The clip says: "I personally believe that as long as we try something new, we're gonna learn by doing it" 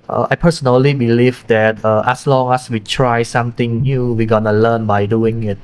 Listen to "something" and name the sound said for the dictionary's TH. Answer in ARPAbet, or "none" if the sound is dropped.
T